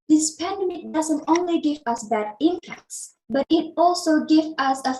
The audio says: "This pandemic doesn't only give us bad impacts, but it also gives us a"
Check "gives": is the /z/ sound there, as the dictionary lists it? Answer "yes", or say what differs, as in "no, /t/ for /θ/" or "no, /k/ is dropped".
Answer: no, /z/ is dropped